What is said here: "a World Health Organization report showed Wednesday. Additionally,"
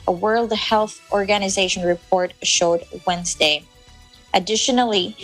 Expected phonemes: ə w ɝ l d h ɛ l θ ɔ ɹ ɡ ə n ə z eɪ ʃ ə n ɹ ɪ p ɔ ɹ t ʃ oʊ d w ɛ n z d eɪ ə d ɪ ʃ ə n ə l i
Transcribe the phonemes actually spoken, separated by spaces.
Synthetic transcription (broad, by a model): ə w ɝ l d h ɛ l θ ɔ ɹ ɡ ə n ə z eɪ ʃ ə n ɹ ɪ p ɔ ɹ t ʃ oʊ d w ɛ n z d eɪ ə d ɪ ʃ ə n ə l i